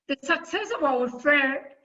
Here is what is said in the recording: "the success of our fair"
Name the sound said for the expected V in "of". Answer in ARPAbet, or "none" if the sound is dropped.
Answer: W